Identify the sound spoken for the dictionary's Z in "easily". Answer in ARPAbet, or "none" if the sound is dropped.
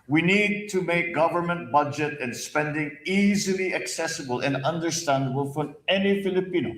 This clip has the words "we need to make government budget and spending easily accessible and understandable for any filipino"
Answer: Z